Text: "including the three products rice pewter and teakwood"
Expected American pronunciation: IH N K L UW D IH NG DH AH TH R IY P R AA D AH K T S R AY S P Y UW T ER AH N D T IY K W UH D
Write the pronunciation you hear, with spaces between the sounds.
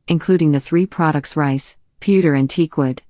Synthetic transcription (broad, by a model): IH N K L UW D IH NG DH AH TH R IY P R AA D AH K T S R AY S P Y UW T ER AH N T IY K W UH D